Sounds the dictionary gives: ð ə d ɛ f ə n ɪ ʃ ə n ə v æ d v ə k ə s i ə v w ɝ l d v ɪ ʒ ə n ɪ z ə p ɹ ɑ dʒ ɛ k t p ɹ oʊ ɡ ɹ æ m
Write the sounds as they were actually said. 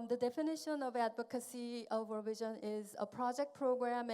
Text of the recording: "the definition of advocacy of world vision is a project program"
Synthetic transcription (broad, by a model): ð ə d ɛ f ə n ɪ ʃ ə n ə v æ d v ə k ə s i ə v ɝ v ɪ ʒ ə n ɪ z ə p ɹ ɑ dʒ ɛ k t p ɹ oʊ ɡ ɹ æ m